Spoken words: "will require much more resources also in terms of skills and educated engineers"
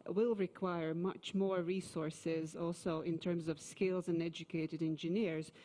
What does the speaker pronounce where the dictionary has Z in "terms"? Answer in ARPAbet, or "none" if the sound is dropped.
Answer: Z